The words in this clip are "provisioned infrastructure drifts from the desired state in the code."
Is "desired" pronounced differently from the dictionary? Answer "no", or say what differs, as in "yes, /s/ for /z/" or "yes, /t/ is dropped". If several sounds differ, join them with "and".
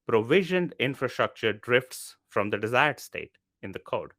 no